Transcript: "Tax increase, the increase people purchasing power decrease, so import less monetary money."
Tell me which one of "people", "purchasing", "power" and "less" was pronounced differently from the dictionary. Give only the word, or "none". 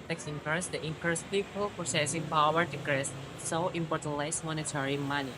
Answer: purchasing